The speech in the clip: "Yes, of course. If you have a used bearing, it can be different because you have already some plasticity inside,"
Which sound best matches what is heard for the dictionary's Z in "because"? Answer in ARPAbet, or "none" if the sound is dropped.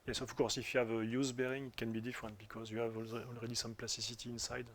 Z